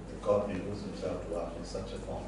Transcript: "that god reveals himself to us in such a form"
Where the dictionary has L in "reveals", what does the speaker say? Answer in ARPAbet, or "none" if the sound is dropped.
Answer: none